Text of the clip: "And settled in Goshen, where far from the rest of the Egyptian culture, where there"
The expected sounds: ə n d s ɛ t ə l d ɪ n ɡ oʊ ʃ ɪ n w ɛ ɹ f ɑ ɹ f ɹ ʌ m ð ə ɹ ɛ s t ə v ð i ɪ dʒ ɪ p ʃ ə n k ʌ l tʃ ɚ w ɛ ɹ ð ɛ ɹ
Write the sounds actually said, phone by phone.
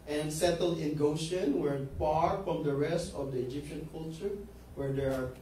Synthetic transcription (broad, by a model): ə n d s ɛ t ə l ɪ n ɡ oʊ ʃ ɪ n w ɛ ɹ f ɑ ɹ f ɹ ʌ m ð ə ɹ ɛ s t ə v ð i ɪ dʒ ɪ p ʃ ə n k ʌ l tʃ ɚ w ɛ ɹ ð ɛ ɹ